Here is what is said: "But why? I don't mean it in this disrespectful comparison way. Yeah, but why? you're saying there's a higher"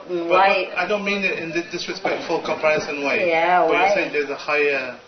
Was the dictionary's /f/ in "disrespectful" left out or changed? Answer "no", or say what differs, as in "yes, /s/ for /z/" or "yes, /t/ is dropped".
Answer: no